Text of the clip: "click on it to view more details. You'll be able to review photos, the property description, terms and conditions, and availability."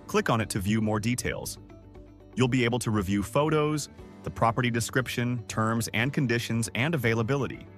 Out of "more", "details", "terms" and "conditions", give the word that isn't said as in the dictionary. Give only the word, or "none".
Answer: none